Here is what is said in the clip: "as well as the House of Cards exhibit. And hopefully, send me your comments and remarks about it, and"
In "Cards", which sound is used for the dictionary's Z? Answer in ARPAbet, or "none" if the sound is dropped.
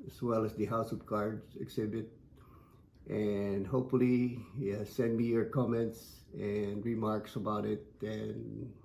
none